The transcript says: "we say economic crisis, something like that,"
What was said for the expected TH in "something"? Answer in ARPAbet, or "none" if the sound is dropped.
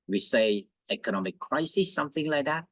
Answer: TH